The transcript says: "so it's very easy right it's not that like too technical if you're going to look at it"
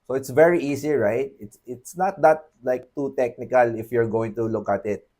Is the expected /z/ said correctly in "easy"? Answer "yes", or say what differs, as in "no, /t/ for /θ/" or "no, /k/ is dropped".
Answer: no, /s/ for /z/